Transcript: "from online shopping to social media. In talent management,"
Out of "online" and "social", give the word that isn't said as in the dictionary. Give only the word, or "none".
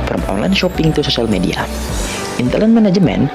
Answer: social